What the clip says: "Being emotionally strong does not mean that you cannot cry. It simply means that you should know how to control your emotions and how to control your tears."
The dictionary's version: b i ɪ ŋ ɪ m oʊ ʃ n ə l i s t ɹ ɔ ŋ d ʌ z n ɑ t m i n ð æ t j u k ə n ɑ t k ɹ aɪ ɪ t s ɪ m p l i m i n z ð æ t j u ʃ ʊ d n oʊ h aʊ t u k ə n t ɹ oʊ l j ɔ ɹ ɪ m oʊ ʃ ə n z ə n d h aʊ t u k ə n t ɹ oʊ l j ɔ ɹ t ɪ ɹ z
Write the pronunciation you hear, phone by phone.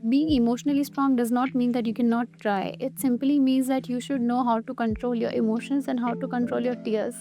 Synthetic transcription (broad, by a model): b i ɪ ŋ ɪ m oʊ ʃ n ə l i s t ɹ ɔ ŋ d ʌ z n ɑ t m i n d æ t j u k ə n ɑ t ɹ aɪ ɪ t s ɪ m p l i m i n z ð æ t j u ʃ ʊ d n oʊ h aʊ t u k ə n t ɹ oʊ l j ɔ ɹ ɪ m oʊ ʃ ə n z ə n d h aʊ t u k ə n t ɹ oʊ l j ɔ ɹ t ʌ ɹ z